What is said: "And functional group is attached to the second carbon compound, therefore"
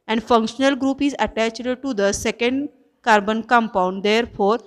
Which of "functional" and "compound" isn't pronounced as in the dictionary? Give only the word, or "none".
none